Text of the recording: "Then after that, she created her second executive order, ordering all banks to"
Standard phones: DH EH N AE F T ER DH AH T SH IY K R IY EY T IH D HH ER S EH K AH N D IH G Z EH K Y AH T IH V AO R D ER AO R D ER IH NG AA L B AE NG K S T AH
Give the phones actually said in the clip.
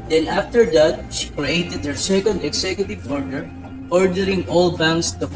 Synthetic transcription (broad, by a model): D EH N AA F T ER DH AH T SH IY K R IY EY T IH D HH ER S EH K AH N D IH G S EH K Y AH T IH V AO R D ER AO R D ER IH NG AA L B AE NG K S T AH